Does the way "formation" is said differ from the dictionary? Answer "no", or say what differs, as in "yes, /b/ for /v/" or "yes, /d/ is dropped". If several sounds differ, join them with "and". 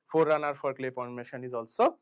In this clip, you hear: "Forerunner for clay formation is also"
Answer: yes, /p/ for /f/